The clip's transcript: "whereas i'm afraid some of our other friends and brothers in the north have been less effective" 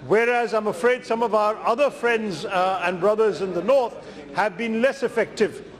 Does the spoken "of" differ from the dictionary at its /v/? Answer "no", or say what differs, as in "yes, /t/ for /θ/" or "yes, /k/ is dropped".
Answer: no